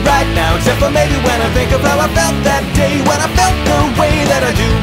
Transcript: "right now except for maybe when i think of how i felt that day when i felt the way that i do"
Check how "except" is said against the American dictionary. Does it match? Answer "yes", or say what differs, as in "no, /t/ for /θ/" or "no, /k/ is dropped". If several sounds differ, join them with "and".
no, /k/ is dropped